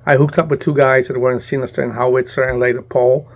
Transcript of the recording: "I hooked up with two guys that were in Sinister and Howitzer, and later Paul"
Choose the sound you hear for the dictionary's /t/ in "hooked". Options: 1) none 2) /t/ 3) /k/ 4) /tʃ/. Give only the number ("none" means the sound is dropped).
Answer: 2